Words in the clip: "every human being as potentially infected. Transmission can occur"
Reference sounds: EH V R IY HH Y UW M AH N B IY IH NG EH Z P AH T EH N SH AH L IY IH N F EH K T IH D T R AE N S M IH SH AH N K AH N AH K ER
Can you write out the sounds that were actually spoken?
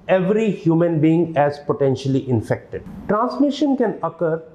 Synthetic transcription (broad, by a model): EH V R IY HH Y UW M AH N B IY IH NG EH Z P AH T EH N SH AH L IY IH N F EH K T IH D T R AE N S M IH SH AH N K AH N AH K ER